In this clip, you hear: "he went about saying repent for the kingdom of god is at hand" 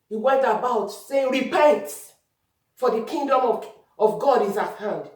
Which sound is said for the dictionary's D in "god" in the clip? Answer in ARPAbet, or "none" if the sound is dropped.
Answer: D